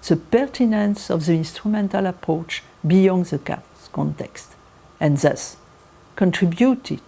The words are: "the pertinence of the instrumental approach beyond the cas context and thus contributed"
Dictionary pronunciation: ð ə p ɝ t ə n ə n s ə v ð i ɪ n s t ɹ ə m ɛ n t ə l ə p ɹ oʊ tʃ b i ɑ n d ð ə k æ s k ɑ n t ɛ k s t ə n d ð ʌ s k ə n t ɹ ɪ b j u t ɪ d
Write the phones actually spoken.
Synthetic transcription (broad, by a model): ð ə p ɝ t ə n ə n s ə v ð i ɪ n s t ɹ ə m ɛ n t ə l ə p ɹ oʊ tʃ b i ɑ n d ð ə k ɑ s k ɑ n t ɛ k s t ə n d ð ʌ s k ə n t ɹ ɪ b j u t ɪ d